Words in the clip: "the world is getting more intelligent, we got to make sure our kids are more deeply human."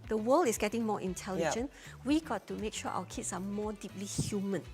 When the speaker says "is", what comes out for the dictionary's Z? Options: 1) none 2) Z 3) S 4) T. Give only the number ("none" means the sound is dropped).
3